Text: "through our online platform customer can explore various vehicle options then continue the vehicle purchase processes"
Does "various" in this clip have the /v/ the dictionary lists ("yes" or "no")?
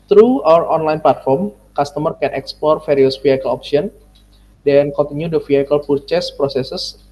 no